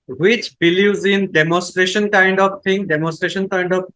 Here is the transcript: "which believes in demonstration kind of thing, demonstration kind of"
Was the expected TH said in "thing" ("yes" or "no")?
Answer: no